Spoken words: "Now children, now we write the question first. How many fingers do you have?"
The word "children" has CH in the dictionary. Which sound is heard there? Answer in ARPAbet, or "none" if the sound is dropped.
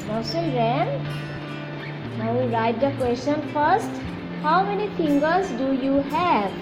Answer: S